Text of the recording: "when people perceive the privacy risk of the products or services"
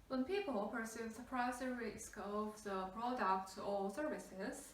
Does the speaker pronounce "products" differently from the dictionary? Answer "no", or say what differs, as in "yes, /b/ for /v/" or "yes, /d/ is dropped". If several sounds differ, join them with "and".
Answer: yes, /b/ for /p/